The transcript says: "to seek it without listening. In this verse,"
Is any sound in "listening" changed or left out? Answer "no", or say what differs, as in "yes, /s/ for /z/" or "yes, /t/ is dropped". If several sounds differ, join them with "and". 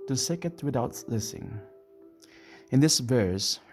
yes, /n/ is dropped